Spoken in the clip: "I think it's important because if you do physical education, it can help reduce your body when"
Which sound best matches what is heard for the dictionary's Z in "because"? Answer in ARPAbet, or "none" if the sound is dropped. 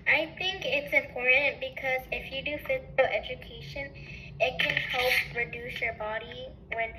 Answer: Z